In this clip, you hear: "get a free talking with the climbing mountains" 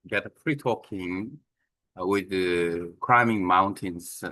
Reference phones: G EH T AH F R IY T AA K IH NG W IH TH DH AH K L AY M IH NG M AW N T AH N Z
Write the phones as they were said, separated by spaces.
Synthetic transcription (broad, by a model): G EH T AH P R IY T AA K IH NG W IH DH AH K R AY M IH NG M AW N T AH N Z